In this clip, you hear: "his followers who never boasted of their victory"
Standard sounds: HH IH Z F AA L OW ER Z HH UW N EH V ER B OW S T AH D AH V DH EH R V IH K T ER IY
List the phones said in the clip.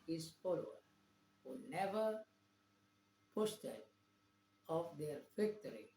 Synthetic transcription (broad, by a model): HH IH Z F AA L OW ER HH UW N EH V ER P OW S T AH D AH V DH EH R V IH K T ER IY